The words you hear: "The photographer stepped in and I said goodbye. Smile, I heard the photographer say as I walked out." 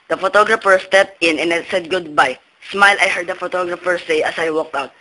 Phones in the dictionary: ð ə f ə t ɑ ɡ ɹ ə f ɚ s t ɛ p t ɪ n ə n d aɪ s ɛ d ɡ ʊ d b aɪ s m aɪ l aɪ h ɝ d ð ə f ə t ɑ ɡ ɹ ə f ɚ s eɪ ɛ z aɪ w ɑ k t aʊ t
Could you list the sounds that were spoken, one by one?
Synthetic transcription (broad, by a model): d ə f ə t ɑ ɡ ɹ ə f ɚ s t ɛ p t ɪ n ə n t s ɛ d ɡ ʊ d b aɪ s m aɪ l aɪ h ɝ d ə f ə t ɑ ɡ ɹ ə f ɚ s eɪ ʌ s aɪ w ɑ k t aʊ t